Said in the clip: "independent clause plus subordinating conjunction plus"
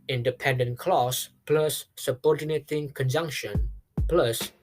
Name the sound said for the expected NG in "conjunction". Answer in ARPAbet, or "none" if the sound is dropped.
NG